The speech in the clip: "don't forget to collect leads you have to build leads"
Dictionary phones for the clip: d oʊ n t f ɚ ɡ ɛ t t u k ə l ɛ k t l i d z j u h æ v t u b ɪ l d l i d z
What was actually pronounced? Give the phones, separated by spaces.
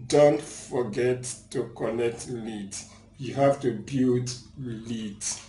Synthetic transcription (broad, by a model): d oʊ n t f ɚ ɡ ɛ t t u k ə n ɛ k t l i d j u h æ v t u b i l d l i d